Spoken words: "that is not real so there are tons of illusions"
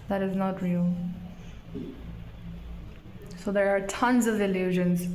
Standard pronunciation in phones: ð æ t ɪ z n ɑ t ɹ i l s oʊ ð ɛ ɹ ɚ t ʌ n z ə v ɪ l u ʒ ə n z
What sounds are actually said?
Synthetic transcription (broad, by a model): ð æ t ɪ z n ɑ t ɹ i l s oʊ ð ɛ ɹ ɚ t ʌ n z ə v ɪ l u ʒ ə n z